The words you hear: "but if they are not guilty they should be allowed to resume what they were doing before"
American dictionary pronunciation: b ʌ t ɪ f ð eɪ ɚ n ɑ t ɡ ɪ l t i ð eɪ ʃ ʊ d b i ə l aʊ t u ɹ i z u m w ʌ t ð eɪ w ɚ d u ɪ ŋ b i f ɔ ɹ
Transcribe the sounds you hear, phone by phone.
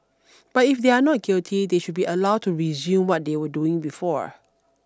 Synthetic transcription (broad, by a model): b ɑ t ɪ f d eɪ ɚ n ɑ t ɡ ɪ l t i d eɪ ʃ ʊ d b i ə l aʊ t u ɹ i z u m w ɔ t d eɪ w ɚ d u ɪ ŋ b i f ɔ ɹ